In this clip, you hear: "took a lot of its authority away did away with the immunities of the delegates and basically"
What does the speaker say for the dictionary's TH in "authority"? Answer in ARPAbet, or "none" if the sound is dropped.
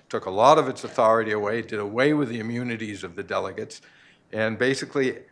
TH